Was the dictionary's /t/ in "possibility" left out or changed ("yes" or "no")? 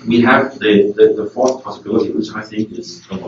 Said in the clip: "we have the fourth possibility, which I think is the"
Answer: no